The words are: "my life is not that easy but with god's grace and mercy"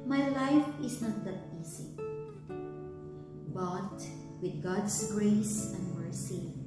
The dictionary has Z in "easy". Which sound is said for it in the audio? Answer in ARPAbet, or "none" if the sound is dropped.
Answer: S